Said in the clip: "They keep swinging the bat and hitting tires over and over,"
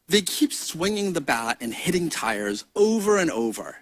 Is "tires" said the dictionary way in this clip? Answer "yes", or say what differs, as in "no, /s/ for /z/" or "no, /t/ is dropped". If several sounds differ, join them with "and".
yes